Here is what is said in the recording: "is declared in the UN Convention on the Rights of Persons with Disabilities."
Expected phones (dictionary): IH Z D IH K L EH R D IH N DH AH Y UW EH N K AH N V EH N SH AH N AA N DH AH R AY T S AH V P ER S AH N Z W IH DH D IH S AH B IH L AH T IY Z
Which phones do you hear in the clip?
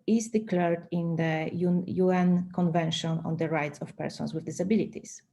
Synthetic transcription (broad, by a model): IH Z D IH K L EH R D IH N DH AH Y UW EH N K AH N V EH N SH AH N AA N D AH R AY T S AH F P ER S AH N S W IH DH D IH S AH B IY L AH T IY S